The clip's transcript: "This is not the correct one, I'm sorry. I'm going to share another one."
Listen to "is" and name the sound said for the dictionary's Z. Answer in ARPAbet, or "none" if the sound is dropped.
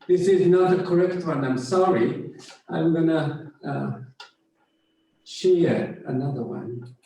Z